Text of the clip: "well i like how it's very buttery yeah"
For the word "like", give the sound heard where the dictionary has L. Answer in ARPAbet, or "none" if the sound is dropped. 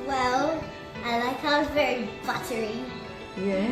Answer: N